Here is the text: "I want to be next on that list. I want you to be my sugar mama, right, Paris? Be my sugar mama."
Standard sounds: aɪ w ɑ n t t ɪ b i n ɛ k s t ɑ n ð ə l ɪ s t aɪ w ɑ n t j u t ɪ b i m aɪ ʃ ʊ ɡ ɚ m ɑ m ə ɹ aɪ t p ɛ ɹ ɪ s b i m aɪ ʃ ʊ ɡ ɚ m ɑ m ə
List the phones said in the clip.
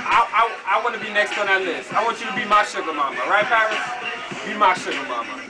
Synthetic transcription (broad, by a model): aɪ w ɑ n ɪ b i n ɛ k s t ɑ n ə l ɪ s aɪ w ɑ n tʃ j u t ɪ b i m aɪ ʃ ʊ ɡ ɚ m ɑ m ə ɹ aɪ t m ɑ ɪ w b i m aɪ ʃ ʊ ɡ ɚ m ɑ m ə